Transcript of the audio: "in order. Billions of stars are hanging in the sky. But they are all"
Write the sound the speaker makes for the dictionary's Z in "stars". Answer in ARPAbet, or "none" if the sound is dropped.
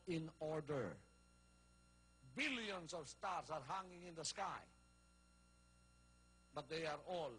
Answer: S